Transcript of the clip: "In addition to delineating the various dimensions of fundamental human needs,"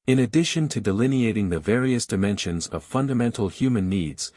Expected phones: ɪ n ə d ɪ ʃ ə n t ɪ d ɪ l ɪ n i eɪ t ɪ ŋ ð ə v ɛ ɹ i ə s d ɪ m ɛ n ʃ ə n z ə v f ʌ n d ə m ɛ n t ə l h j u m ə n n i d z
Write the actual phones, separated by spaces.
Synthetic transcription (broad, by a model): ɪ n ə d ɪ ʃ ə n t ɪ d ɪ l ɪ n i eɪ t ɪ ŋ ð ə v ɛ ɹ i ə s d ɪ m ɛ n ʃ ə n z ə v f ʌ n d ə m ɛ n t l h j u m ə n n i d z